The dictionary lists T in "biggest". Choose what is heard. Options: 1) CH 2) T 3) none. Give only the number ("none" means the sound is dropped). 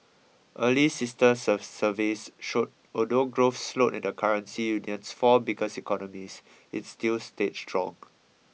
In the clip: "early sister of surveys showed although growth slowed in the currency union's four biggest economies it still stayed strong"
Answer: 3